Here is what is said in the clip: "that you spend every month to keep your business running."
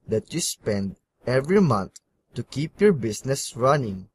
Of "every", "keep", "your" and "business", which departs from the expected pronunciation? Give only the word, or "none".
business